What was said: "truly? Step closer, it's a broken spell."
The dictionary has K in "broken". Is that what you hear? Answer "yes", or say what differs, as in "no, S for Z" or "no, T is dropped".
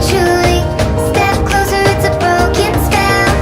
yes